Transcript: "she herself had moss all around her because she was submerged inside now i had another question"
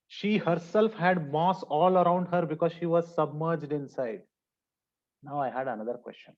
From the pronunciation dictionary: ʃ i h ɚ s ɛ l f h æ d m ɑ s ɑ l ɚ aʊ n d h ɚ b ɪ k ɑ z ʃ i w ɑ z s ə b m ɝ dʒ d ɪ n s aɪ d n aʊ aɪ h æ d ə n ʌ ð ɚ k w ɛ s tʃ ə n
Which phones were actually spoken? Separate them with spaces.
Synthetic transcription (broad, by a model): ʃ i h ɚ s ɛ l f h æ d m ɑ s ɑ l ɚ aʊ n d h ɚ b ɪ k ɑ z ʃ i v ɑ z s ə b m ɝ dʒ d ɪ n s aɪ d n aʊ aɪ h æ d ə n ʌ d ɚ k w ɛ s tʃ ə n